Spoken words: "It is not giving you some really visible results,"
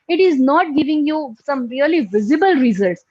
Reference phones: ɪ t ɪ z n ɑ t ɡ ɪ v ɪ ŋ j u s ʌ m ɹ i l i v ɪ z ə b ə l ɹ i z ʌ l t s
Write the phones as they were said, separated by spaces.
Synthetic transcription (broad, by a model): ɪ t ɪ z n ɑ t ɡ ɪ v ɪ ŋ j u s ʌ m ɹ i l i v ɪ z ə b ə l ɹ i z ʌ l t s